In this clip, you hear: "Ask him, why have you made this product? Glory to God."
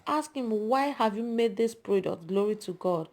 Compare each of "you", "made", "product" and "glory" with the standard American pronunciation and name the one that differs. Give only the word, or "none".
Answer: none